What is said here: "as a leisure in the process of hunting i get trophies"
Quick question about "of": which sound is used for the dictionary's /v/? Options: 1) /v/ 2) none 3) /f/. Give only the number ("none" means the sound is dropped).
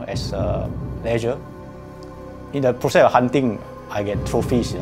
3